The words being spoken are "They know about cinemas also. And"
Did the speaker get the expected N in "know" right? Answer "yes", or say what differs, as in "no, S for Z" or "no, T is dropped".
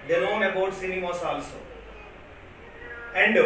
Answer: no, L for N